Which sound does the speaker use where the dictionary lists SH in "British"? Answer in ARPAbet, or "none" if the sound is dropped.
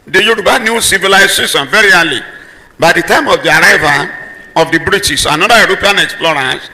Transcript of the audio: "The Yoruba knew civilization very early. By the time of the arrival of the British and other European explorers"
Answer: S